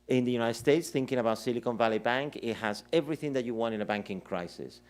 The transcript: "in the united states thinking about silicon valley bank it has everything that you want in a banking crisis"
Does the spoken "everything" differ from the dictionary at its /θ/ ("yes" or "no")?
no